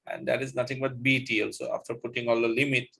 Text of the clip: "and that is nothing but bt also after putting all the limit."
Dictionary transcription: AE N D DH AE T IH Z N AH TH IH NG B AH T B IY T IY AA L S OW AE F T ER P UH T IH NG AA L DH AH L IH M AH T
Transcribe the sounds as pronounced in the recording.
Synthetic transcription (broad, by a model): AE N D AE T IH Z N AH T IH NG B AH T B IY T IY AA L S OW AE F T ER P UH T IH NG AA L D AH L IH M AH T